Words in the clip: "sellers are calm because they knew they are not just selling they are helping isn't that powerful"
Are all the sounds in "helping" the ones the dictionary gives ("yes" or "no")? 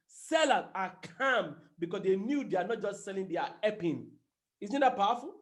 no